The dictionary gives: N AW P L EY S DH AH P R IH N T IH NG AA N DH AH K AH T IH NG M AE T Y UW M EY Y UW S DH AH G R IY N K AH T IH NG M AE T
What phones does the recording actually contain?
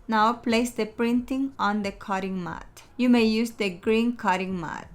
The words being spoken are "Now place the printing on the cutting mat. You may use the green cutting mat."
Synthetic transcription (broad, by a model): N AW P L EY S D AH P R IH N T IH NG AA N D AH K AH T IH NG M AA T Y UW M EY Y UW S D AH G R IY N K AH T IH NG M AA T